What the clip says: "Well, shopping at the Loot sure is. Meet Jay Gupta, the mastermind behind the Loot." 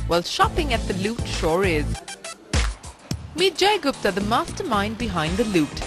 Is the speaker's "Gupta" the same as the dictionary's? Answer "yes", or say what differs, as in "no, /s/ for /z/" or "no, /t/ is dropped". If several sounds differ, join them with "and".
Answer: no, /s/ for /t/